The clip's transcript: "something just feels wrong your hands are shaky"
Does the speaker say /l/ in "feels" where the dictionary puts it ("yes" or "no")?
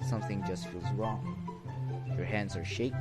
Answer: no